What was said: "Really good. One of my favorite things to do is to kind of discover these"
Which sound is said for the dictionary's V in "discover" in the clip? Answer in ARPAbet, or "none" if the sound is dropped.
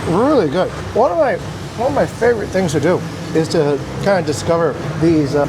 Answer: V